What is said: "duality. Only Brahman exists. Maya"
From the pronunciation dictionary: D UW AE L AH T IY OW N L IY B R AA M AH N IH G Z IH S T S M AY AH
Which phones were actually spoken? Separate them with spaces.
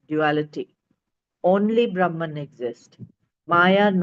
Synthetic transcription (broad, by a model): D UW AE L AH T IY OW N L IY B R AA M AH N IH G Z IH S T M AY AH